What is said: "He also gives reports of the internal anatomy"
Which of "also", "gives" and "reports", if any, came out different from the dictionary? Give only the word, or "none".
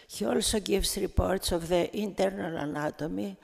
gives